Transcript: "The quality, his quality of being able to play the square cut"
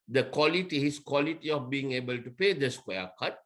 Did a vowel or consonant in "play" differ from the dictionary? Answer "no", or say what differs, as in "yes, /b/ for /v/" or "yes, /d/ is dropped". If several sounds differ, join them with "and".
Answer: yes, /l/ is dropped